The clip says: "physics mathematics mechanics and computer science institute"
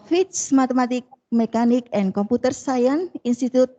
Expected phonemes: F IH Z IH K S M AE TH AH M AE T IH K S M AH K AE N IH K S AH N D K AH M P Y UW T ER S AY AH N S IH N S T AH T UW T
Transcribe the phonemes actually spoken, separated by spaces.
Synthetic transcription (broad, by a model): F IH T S M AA T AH M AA T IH K M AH K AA N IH K AH N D K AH M P UW T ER S AY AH N IY N S T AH T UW T